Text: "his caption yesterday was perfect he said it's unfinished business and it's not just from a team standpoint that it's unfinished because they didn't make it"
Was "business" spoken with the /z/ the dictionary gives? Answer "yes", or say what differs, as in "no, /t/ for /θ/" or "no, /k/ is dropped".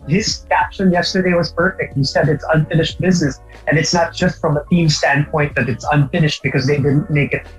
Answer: yes